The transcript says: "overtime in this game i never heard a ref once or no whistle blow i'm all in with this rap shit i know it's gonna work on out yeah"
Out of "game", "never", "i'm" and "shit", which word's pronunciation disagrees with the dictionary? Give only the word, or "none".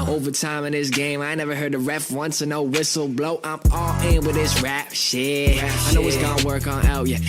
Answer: shit